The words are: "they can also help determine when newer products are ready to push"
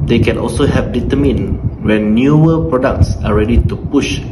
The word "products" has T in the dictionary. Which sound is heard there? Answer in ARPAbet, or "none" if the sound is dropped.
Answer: T